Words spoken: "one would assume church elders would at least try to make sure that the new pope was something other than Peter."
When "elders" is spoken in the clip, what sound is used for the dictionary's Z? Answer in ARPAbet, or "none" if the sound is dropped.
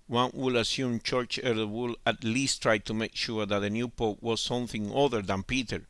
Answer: none